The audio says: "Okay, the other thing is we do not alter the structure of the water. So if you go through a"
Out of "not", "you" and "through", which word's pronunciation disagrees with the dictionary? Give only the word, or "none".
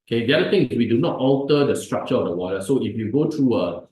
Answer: through